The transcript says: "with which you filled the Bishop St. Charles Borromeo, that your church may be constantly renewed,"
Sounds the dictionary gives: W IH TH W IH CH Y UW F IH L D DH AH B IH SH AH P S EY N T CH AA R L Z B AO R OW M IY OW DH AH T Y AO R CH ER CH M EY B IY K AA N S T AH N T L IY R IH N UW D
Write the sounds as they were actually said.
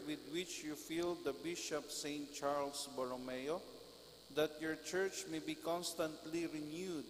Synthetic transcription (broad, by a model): W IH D W IH CH Y UW F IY L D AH B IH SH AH P S EY N T CH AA R L S B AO R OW M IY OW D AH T Y AO R CH ER CH M EY B IY K AA N S T AH N T L IY R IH N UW D